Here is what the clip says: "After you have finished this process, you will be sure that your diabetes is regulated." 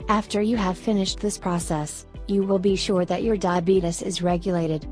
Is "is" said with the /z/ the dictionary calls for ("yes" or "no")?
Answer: yes